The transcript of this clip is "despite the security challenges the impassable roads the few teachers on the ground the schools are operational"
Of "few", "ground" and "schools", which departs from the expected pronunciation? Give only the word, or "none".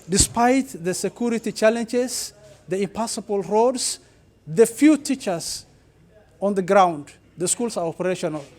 schools